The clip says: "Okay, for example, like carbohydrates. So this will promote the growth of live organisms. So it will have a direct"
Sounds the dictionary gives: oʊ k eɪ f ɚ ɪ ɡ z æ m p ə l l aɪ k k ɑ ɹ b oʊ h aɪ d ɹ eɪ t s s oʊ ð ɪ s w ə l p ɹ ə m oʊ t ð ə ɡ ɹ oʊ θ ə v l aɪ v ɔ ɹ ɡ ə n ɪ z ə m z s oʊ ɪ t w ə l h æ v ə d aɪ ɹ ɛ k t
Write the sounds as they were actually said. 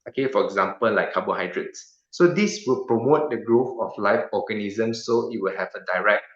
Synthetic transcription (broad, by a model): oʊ k eɪ f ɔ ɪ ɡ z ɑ m p ə l l aɪ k k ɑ b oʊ h aɪ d ɹ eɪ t s s oʊ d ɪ s w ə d p ɹ ə m oʊ t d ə ɡ ɹ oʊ f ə f l aɪ f ɔ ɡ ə n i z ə m s oʊ ɪ t w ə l h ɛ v ə d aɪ ɹ ɛ k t